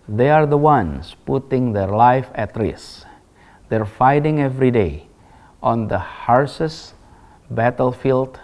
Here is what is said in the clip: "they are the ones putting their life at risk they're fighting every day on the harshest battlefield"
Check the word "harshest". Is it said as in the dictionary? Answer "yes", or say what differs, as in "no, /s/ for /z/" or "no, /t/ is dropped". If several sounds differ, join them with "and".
no, /s/ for /ʃ/